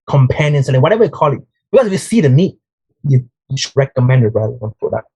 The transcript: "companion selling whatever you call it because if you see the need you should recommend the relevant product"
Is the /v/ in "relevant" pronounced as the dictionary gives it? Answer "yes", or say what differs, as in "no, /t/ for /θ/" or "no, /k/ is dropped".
no, /v/ is dropped